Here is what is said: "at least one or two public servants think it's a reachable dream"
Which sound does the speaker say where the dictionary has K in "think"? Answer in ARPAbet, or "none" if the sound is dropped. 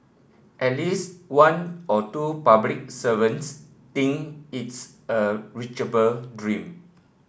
none